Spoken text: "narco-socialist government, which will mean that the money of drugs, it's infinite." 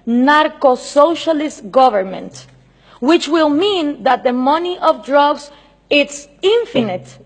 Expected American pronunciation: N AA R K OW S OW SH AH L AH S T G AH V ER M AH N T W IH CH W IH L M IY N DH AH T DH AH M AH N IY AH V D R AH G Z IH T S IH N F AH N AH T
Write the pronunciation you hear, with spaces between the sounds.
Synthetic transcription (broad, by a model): N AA R K OW S OW SH AH L AH S T G AH V ER M AH N T W IH CH W IH L M IY N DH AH T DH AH M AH N IY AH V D R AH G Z IH T S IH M F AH N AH T